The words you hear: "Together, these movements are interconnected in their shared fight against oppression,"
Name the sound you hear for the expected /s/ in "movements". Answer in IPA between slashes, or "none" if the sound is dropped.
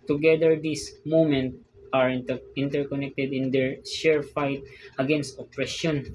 none